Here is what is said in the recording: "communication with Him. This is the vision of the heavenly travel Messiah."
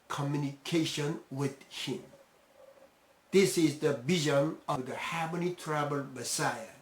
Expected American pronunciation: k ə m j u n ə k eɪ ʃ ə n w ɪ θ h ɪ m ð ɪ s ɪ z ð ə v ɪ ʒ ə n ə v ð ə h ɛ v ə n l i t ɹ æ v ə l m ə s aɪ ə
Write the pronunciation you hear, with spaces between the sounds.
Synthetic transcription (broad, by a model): k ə m j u n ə k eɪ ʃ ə n w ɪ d h ɪ m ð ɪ s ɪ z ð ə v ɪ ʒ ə n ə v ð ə h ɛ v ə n i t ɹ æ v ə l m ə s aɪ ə